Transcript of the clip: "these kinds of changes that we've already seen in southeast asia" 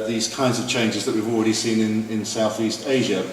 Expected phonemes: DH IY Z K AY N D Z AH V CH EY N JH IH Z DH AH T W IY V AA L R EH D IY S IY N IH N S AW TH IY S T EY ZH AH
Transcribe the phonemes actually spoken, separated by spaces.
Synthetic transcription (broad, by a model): DH IY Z K AY N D Z AH V CH EY N JH IH Z DH AH T W IY V AA L R EH D IY S IY N IH N S AW TH IY S T EY ZH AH